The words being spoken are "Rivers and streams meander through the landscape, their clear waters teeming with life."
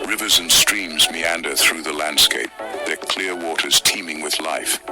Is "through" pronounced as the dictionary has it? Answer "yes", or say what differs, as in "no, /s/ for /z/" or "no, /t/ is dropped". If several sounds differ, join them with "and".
yes